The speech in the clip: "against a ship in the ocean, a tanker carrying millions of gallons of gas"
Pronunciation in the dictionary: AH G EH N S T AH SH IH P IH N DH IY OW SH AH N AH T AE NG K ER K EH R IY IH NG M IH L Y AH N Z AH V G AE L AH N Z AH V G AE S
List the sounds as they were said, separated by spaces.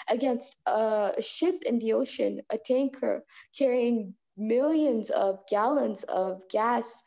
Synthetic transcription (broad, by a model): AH G EH N S T AH SH IH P IH N DH IY OW SH AH N AH T AE NG K ER K EH R IY IH NG M IH L Y AH N Z AH V G AE L AH N Z AH V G AE S